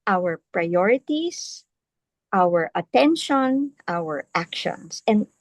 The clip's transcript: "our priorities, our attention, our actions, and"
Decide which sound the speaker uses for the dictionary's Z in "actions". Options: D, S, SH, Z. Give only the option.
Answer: S